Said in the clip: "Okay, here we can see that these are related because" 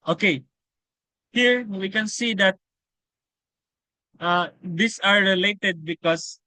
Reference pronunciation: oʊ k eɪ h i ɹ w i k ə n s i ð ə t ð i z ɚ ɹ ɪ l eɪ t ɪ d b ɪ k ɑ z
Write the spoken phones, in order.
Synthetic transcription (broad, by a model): oʊ k eɪ h i ɹ w i k ə n s i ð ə t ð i s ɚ ɹ ɪ l eɪ t ɪ d b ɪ k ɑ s